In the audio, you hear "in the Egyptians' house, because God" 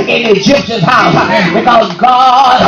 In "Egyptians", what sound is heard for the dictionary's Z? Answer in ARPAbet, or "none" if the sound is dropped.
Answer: none